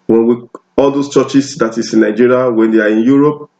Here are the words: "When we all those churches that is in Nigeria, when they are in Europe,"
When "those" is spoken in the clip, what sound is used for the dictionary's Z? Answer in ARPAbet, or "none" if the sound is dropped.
S